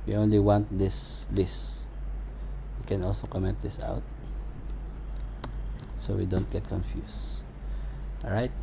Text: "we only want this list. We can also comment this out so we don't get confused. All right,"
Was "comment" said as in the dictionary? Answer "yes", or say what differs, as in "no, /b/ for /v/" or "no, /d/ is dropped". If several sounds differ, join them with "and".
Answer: no, /n/ is dropped